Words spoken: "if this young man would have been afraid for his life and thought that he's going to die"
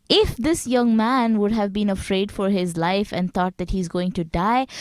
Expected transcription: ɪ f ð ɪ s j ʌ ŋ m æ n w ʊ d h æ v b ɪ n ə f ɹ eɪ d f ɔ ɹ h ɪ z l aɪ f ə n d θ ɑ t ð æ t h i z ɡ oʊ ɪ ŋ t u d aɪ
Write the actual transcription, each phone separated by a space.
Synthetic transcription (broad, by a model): ɪ f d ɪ s j ʌ ŋ m æ n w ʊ d h æ v b ɪ n ə f ɹ eɪ d f ɔ ɹ h ɪ z l aɪ f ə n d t ɑ t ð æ t h i z ɡ oʊ ɪ ŋ t u d aɪ